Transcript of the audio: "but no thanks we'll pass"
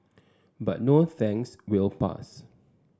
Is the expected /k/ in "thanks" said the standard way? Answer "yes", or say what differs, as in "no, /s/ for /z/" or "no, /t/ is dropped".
no, /k/ is dropped